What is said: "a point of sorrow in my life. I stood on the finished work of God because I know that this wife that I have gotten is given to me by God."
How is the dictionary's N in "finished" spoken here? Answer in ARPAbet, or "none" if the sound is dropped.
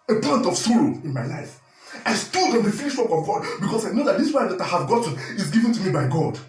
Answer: L